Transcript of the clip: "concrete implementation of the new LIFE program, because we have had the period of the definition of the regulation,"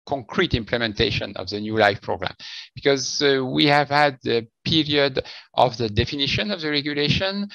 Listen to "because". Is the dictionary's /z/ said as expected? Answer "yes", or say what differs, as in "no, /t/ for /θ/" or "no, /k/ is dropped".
yes